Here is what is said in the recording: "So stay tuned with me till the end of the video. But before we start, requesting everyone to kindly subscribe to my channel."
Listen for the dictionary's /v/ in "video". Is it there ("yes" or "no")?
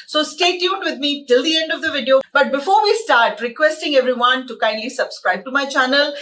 yes